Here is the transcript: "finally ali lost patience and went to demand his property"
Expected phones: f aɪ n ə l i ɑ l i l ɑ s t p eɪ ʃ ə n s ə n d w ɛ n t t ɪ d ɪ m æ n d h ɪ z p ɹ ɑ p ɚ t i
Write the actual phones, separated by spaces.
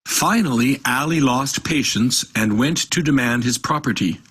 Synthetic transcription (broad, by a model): f aɪ n l i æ l i l ɑ s t p eɪ ʃ ə n s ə n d w ɛ n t t ɪ d ɪ m æ n d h ɪ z p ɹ ɑ p ɚ t i